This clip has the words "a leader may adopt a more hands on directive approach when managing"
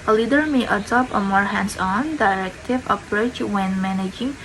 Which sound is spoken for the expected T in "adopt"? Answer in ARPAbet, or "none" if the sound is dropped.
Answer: none